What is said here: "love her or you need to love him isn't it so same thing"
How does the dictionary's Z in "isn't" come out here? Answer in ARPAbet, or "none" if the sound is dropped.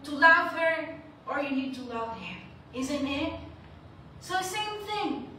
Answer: Z